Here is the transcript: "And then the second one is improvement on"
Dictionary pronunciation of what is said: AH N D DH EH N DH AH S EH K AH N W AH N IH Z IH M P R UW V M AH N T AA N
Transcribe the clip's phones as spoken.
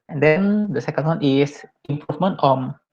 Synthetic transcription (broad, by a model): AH N D EH N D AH S EH K AH N W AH N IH S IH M P R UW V M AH N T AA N